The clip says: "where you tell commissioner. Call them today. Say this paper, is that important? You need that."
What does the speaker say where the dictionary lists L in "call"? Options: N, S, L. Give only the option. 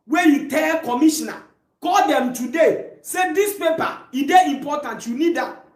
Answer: L